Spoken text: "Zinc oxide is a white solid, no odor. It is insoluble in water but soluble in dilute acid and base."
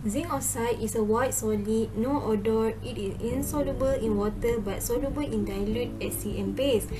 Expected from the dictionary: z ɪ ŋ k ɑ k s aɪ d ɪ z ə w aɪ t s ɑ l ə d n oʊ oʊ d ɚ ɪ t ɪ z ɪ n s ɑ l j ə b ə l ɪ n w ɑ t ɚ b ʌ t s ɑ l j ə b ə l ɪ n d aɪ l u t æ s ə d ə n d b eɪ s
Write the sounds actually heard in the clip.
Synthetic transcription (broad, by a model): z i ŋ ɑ s aɪ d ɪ s ə w aɪ t s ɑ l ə n oʊ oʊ d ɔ ɪ t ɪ s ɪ n s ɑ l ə b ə l ɪ n w ɑ t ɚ b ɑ t s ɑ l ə b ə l ɪ n d aɪ l u t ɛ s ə ə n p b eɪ s